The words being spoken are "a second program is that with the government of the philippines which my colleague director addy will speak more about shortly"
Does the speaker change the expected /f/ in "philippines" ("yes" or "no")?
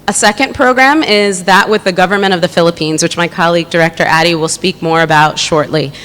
no